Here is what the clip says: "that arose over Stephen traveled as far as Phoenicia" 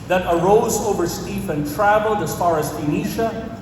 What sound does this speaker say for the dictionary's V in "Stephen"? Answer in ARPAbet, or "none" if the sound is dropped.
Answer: F